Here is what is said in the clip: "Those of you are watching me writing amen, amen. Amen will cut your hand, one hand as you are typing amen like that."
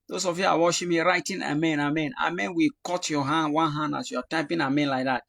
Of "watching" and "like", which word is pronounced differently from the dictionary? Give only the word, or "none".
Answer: watching